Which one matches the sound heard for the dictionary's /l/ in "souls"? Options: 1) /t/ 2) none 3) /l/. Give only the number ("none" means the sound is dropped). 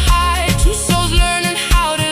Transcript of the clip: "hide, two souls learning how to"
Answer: 2